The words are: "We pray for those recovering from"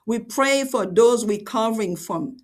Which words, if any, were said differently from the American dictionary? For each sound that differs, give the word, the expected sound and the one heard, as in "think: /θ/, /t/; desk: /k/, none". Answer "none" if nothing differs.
recovering: /ɹ/, /w/